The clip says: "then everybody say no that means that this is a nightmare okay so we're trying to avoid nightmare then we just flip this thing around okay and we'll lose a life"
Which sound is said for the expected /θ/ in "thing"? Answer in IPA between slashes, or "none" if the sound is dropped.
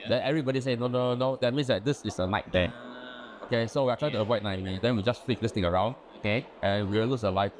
/t/